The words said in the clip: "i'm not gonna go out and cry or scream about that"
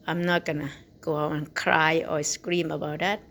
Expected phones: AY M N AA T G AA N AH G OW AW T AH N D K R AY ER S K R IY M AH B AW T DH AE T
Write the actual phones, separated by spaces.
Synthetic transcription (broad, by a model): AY M N AA T G AA N AH G OW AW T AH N K R AY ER S K R IY M AH B AW T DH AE T